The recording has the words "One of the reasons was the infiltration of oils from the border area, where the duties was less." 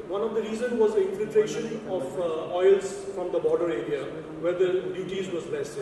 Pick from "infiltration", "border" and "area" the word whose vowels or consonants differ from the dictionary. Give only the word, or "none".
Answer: none